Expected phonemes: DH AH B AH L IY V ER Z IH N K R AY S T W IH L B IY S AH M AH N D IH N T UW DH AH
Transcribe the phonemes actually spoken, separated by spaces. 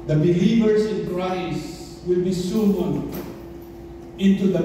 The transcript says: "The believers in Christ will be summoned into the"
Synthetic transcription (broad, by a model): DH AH B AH L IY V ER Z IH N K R AY S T W IH L B IY S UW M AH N IH N T UW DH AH